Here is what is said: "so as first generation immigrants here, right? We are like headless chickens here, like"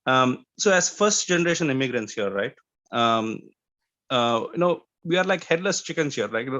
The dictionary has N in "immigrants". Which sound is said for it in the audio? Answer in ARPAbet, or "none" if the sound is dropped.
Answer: N